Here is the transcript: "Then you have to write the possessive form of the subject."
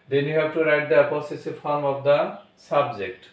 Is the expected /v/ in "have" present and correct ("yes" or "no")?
no